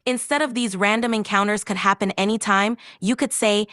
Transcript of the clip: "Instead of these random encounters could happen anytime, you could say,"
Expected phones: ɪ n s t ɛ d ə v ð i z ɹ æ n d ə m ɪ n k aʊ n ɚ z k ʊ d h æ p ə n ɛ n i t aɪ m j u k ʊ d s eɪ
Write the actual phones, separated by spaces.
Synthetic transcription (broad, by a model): ɪ n s t ɛ d ə v ð i z ɹ æ n d ə m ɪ n k aʊ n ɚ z k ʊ d h æ p ə n ɛ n i t aɪ m j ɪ k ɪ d s eɪ